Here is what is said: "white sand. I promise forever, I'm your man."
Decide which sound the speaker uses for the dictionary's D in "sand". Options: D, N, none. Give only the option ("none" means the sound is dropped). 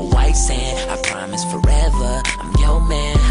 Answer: none